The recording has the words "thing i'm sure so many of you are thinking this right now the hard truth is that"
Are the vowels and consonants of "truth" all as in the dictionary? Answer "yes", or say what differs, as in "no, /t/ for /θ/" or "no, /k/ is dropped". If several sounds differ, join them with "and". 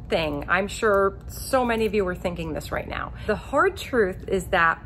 yes